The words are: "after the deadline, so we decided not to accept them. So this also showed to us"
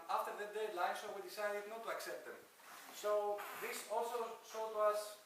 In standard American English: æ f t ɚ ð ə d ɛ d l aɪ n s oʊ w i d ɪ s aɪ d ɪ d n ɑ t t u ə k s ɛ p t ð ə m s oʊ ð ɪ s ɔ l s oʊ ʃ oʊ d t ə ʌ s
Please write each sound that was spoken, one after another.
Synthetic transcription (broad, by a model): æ f t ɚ ð ə d ɛ d l aɪ n s oʊ w i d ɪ s aɪ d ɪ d n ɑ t t u ə k s ɛ p t ð ə m s oʊ ð ɪ s ɔ l s oʊ s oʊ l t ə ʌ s